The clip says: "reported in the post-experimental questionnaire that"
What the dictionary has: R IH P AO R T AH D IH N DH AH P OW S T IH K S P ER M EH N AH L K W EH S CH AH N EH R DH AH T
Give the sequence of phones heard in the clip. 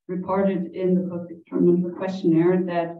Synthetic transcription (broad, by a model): R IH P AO R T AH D IH N DH AH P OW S IH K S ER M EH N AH K W EH S CH AH N EH R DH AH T